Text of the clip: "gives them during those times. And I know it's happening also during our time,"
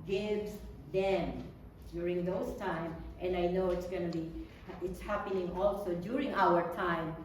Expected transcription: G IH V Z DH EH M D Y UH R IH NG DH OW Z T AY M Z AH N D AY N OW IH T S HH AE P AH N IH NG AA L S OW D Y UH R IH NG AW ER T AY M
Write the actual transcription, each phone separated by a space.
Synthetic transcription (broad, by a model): G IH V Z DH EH M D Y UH R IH NG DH OW S T AY M AH N D AY N OW IH T S HH AE P AH N IH NG AA L S OW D Y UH R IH NG AW ER T AY M